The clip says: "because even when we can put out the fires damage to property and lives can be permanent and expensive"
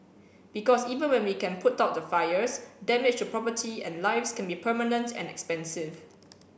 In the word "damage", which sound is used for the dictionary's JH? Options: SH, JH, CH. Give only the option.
CH